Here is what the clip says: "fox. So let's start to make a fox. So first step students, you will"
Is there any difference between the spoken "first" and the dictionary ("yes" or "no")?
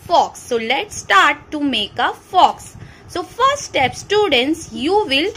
yes